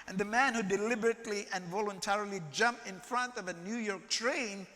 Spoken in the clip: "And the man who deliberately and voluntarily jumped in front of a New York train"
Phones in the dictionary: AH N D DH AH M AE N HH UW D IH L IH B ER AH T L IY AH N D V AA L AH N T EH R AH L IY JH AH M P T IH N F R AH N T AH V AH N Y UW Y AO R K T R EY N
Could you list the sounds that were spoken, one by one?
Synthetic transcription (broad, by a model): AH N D DH AH M AE N HH UW D IH L IH B ER AH T L IY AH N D V AA L AH N T EH R AH L IY JH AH M P IH N F R AH N T AH V AH N Y UW Y AO R K T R EY N